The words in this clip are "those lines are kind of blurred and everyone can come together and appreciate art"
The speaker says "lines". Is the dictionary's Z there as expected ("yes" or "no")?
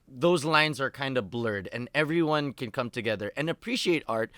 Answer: yes